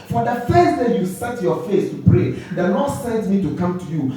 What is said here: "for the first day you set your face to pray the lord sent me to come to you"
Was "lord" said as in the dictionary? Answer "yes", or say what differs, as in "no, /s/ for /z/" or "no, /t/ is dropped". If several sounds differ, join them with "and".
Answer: no, /n/ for /l/